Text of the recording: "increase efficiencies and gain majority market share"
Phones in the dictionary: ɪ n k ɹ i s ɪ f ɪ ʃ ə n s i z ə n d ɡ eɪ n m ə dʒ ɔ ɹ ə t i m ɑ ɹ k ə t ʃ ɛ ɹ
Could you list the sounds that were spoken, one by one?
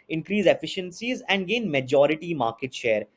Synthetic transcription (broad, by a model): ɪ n k ɹ i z ɪ f ɪ ʃ ə n s i z ə n d ɡ eɪ n m ə dʒ ɔ ɹ ə t i m ɑ ɹ k ə t ʃ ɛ ɹ